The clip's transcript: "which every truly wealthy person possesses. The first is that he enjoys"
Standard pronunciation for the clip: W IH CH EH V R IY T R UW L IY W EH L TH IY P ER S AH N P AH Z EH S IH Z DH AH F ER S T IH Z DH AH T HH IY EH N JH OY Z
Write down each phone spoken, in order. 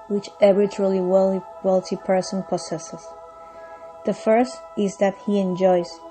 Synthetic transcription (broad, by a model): W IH CH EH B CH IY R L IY W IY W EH L T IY P ER S AH N P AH S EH S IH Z DH AH F ER S T IH Z DH AH T HH IY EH N JH OY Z